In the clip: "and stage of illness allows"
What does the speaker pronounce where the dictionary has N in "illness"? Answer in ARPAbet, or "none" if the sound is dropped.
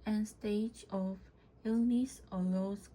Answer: N